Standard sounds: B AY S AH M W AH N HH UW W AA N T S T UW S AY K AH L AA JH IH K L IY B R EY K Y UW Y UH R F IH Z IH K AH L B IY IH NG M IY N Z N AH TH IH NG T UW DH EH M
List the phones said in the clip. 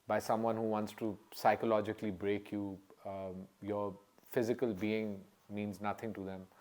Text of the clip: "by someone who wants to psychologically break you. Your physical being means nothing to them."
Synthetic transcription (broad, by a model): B AY S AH M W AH N HH UW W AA N T S T UW S AY K AH L AA JH IH K L IY B R EY K Y UW Y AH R F IH Z IH K AH L B IY IH NG M IY N Z N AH T IH NG T UW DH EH M